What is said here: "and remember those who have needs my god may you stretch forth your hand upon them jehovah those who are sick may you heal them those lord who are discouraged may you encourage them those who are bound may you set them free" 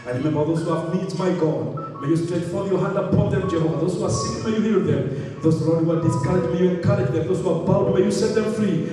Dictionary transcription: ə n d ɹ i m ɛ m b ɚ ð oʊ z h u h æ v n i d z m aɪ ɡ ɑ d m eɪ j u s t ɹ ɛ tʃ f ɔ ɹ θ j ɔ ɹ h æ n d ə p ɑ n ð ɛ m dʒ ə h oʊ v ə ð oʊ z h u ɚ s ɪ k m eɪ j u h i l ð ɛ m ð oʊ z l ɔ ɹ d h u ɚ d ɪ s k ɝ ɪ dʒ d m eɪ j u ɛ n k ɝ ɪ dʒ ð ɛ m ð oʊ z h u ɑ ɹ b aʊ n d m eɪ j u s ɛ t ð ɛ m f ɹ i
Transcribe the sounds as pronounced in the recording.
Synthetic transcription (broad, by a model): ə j ɹ i m ɛ m b ɚ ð oʊ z h u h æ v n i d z m aɪ ɡ ɑ d m eɪ j u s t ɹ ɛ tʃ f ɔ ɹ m j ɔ h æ n d ə p ɑ n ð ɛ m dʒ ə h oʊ ə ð oʊ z h u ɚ s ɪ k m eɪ j u h i l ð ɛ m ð oʊ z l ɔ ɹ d h u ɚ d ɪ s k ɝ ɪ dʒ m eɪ j u ɛ n k ɝ ɪ dʒ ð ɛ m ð oʊ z h u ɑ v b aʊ l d m eɪ j u s ɛ t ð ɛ m f ɹ i